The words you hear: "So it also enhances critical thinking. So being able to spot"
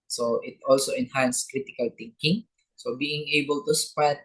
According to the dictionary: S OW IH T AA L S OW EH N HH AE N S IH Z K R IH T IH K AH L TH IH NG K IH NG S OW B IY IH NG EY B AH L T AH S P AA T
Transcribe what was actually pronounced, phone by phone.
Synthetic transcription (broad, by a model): S OW IH T AA L S OW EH N HH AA N S K R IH T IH K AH L T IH NG K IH NG S OW B IY IH NG EY B AH L T AH S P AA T